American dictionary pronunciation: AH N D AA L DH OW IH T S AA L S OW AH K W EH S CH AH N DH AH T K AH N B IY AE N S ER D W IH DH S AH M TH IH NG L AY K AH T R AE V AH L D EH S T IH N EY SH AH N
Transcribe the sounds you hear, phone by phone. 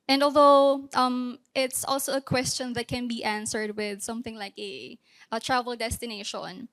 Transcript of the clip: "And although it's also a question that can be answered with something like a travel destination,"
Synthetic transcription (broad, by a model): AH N D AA L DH OW IH T S AA L S OW AH K W EH S CH AH N DH AH T K AH N B IY AE N S ER D W IH DH S AH M TH IH NG L AY K AH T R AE V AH L D EH S T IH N EY SH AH N